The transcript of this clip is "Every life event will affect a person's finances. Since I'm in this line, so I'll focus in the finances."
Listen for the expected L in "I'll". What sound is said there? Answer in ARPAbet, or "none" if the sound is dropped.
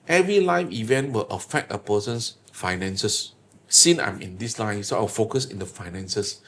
W